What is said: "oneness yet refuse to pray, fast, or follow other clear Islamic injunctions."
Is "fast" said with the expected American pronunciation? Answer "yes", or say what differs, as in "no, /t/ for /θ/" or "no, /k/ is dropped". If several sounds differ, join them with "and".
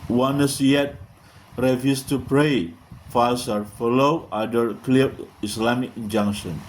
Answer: no, /t/ is dropped